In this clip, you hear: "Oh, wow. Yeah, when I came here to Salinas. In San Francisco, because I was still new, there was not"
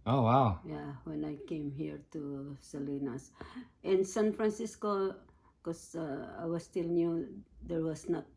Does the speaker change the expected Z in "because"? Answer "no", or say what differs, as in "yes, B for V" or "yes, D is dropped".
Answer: yes, Z is dropped